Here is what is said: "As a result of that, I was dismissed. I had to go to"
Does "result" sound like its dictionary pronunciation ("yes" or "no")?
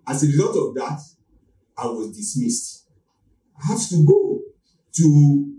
no